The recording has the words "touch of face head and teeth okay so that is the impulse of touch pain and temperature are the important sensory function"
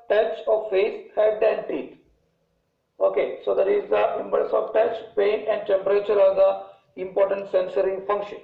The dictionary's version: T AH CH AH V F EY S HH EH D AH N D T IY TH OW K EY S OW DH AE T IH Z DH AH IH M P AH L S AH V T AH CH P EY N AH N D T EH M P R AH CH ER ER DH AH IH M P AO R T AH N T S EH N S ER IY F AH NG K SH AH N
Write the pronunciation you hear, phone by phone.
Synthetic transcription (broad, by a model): T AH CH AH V F EY S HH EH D AH N D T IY T OW K EY S OW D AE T IH Z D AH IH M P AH S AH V T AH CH P EY N AH N D T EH M P R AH CH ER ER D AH IH M P AO R T AH N T S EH N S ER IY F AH NG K SH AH N